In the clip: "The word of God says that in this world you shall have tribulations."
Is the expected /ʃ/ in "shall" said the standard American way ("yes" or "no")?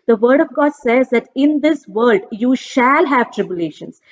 yes